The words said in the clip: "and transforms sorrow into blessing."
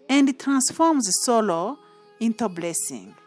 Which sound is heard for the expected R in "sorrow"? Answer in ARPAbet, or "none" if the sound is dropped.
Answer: L